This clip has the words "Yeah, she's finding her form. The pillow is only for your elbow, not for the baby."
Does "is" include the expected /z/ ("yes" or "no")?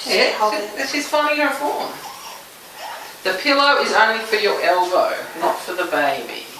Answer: yes